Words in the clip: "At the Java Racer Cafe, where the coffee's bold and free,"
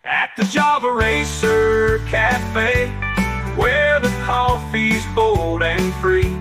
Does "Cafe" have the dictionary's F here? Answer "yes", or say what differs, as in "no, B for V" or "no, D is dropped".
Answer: yes